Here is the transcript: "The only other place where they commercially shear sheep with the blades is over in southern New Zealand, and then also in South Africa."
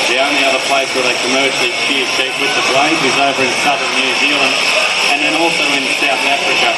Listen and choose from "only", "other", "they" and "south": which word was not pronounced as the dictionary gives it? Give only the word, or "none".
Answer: none